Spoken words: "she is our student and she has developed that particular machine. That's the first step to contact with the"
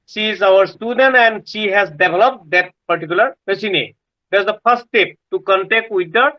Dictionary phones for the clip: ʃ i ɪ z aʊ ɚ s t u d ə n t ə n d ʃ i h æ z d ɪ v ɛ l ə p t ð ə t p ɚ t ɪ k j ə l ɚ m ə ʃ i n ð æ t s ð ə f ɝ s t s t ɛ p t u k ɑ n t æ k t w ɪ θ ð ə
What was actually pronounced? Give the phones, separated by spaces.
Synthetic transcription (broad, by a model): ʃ i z aʊ ɚ s t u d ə n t ə n d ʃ i h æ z d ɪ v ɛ l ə p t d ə t p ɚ t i k j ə l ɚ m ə s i n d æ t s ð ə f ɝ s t s t ɛ p t u k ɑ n t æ k t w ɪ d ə